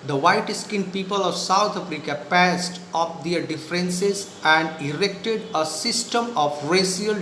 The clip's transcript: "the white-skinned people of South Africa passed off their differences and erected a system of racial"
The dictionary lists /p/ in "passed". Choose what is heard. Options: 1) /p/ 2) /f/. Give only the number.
1